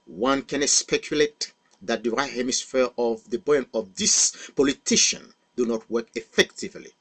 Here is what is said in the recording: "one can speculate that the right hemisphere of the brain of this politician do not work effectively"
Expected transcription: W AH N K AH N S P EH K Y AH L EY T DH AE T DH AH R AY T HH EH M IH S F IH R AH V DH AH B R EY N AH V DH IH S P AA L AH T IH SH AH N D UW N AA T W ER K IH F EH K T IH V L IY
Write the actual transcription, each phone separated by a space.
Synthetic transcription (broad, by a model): W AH N K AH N S P EH K Y AH L EY T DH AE T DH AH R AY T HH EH M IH S F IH R AH V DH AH B EY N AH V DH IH S P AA L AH T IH SH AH N D UW N AA T W ER K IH F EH K T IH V L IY